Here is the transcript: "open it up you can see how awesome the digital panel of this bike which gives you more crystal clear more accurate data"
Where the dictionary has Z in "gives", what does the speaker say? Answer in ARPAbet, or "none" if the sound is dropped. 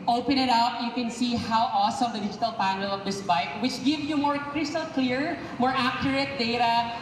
none